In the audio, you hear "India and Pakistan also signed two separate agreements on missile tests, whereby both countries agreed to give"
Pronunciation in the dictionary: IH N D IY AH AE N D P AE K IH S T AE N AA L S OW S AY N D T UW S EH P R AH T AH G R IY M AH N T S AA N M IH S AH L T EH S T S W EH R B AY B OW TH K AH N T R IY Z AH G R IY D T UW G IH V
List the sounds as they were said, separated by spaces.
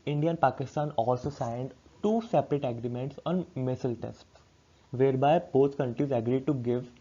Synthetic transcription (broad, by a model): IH N D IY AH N P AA K IH S T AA N AA L S OW S AY N D T UW S EH P R AH T AH G R IY M AH N T S AA N M IH S AH L T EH S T S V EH R B AY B OW T K AH N T R IY Z AH G R IY D T UW G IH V